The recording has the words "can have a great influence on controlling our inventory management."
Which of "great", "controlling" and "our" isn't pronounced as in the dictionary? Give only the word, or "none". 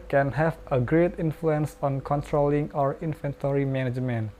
none